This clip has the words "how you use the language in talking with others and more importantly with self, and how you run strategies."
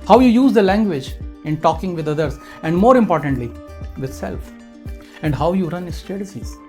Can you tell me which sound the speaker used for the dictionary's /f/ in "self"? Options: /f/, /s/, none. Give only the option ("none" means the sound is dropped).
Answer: /f/